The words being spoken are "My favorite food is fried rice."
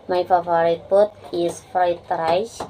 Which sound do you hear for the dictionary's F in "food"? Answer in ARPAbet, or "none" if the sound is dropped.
P